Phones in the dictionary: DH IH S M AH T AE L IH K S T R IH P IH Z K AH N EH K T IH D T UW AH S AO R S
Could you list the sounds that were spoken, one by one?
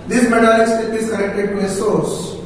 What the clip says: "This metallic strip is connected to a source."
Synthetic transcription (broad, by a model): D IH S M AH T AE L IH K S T IH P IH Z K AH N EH K T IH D T UW AH S AO R S